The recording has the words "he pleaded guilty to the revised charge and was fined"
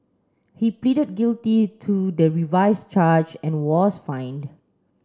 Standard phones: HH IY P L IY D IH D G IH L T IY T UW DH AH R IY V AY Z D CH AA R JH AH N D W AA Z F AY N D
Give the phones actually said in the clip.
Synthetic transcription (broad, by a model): HH IY P L IY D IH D G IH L T IY T UW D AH R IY V AY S CH AA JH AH N W AA S F AY N D